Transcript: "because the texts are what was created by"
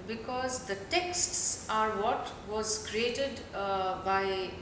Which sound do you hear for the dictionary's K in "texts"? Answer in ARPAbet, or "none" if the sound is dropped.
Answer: K